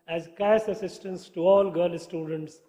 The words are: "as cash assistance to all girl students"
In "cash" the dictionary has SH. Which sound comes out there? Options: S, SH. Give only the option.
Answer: S